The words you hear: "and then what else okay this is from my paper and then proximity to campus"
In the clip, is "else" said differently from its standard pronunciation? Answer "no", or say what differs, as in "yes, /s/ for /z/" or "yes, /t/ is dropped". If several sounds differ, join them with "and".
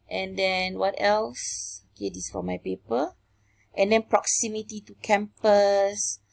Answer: no